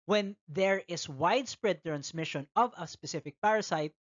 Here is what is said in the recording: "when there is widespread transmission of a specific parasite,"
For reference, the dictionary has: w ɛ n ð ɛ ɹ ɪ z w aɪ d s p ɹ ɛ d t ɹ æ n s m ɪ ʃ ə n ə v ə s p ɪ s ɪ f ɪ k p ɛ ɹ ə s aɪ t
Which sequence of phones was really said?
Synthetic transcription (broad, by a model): w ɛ n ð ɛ ɹ ɪ s w aɪ d s p ɹ ɛ d t ɹ æ n s m ɪ ʃ ə n ə v ə s p ɪ s ɪ f ɪ k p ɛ ɹ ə s aɪ t